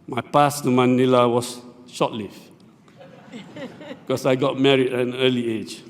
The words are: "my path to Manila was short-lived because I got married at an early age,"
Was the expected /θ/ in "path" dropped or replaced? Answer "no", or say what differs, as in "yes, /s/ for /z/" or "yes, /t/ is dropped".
yes, /s/ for /θ/